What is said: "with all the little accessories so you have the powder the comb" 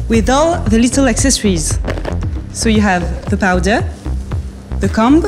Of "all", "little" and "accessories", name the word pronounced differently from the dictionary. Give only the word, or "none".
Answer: none